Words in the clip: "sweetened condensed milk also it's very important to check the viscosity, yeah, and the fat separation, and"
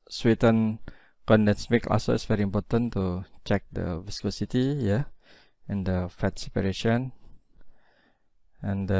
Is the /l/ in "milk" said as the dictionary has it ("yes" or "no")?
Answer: no